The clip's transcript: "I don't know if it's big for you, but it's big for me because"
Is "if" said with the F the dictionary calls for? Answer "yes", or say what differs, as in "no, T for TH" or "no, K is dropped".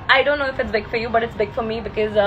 yes